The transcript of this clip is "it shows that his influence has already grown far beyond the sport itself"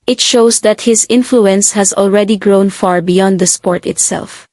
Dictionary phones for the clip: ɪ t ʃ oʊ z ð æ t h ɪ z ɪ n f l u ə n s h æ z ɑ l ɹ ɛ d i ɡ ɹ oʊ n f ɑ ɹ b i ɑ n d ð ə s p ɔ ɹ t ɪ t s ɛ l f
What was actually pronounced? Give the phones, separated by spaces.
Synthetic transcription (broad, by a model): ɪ t ʃ oʊ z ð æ t h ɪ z ɪ n f l u ə n s h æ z ɑ l ɹ ɛ d i ɡ ɹ oʊ n f ɑ ɹ b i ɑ n d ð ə s p ɔ ɹ t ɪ t s ɛ l f